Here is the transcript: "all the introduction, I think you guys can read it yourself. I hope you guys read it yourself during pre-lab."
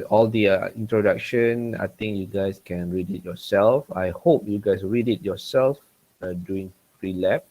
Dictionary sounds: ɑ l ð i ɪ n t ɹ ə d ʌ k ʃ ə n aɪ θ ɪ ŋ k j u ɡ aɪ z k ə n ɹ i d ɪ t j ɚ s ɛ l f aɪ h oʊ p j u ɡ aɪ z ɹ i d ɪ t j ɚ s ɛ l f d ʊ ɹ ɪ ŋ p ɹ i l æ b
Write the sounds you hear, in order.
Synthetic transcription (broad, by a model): ɑ l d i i n t ɹ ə d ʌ k ʃ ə n aɪ t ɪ ŋ k j u ɡ aɪ s k ə n ɹ i d ɪ t j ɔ s ɛ l f aɪ h oʊ p j u ɡ aɪ s ɹ i d ɪ t j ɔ s ɛ l f d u ɪ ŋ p ɹ i l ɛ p